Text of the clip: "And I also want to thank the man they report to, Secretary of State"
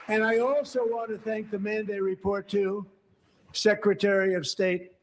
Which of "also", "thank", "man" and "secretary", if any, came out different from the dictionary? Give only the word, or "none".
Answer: none